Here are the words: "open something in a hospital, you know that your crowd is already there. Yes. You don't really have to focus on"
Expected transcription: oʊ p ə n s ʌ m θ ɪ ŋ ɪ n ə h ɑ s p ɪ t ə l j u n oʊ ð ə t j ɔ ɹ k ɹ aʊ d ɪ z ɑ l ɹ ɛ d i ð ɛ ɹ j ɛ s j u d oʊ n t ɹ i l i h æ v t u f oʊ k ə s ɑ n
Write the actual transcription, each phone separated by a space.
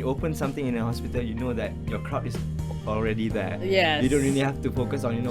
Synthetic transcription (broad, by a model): oʊ p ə n s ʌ m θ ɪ ŋ ɪ n ə h ɑ s p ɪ t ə l j u n oʊ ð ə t j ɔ k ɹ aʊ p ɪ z ɑ l ɹ ɛ d i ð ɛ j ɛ j u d oʊ n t ɹ i l i h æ f t u f oʊ k ə s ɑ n